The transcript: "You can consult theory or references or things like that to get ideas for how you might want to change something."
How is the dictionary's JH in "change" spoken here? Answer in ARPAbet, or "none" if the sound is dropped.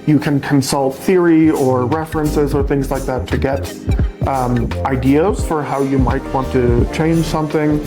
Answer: ZH